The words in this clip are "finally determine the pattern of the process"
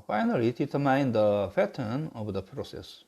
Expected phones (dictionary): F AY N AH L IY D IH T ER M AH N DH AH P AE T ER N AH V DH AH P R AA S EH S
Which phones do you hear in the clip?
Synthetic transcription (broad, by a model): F AY N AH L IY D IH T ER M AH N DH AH F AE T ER N AH V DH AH P R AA S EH S